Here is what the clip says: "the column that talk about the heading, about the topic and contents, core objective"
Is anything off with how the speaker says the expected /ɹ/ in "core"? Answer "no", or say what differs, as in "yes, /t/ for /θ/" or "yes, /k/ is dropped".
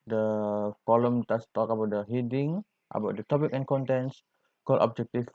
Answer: yes, /l/ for /ɹ/